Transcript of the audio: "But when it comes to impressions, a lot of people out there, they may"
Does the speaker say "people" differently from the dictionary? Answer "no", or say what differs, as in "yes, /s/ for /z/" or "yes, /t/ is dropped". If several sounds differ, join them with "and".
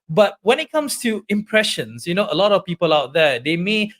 no